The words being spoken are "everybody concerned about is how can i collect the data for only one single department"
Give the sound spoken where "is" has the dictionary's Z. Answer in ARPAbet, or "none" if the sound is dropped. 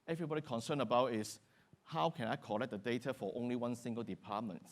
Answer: S